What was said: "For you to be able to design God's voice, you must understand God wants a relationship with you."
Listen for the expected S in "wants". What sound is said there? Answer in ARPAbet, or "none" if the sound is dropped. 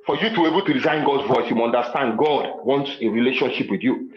S